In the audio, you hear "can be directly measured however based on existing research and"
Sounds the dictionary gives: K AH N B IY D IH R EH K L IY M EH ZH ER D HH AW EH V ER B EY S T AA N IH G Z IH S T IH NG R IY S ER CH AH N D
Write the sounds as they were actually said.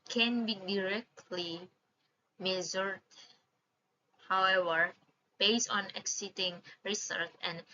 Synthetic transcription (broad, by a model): K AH N B IY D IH R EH K L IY M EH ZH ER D HH AW EH V ER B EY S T AA N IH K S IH T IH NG R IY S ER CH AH N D